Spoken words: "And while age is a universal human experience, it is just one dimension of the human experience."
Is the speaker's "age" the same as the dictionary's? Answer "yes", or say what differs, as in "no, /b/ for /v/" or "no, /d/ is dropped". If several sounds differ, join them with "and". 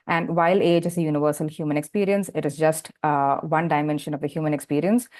yes